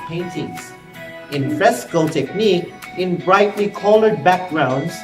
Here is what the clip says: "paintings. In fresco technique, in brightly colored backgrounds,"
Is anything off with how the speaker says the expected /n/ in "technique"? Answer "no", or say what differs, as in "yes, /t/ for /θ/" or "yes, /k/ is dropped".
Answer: no